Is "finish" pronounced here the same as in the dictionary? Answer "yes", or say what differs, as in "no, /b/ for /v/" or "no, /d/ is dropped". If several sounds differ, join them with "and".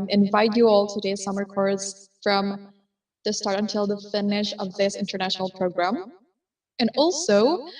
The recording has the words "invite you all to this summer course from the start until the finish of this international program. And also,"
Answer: yes